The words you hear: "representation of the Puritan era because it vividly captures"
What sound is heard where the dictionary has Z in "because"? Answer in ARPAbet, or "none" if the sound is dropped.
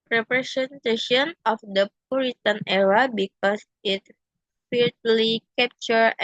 S